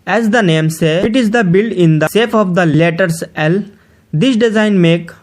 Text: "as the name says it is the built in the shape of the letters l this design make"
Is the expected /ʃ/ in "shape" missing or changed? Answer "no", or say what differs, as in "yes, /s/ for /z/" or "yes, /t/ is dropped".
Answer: yes, /s/ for /ʃ/